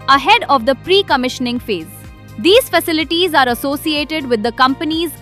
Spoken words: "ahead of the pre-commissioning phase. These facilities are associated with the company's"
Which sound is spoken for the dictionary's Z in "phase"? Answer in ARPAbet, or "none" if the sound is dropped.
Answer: Z